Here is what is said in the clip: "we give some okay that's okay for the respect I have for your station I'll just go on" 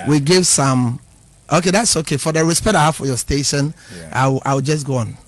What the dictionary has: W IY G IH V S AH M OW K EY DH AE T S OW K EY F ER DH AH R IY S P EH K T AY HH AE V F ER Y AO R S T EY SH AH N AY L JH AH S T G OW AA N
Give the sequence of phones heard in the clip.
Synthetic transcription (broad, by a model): W IY G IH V S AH M OW K EY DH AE T S OW K EY F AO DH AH R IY S P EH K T AY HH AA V F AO Y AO S T EY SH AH N AY W JH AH S G OW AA N